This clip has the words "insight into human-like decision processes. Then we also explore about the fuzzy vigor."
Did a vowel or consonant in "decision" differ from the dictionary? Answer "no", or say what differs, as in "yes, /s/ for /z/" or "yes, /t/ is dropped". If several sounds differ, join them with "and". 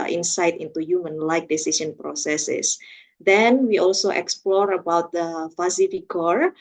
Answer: yes, /s/ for /ʒ/